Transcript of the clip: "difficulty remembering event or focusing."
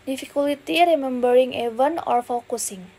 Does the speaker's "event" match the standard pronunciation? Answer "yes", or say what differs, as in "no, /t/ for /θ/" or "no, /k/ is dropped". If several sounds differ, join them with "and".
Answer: no, /t/ is dropped